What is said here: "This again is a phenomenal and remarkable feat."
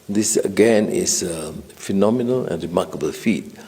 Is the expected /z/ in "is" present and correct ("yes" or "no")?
no